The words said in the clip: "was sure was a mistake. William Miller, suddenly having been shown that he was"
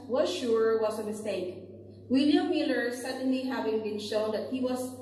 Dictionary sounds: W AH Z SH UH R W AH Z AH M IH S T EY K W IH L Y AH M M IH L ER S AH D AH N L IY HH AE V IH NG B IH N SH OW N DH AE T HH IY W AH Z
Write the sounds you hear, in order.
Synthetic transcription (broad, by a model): W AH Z SH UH R W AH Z AH M IH S T EY K W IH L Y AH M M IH L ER S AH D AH N L IY HH AE V IH NG B IH N SH OW N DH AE T HH IY W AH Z